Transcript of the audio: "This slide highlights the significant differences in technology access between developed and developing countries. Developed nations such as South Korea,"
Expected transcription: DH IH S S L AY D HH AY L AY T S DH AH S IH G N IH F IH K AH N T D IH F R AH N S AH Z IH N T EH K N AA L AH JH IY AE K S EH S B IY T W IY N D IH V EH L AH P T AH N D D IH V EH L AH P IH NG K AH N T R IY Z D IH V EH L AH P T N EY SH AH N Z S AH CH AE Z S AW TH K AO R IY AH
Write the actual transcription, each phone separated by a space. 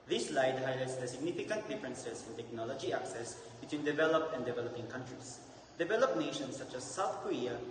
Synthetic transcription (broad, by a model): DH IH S S L AY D HH AY L AY T S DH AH S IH G N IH F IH K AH N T D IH F R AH N S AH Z IH N T EH K N AA L AH JH IY AE K S EH S B IY T W IY N D IH V EH L AH P T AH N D D IH V EH L AH P IH NG K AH N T R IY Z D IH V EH L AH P N EY SH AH N S AH CH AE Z S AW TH K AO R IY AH